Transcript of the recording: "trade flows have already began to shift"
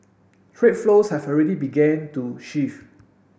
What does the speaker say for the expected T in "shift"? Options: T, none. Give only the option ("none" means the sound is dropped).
none